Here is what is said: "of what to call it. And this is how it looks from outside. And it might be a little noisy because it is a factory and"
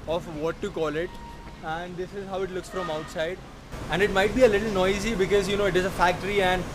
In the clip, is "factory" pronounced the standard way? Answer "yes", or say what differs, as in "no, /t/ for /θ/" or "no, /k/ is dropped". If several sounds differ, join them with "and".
yes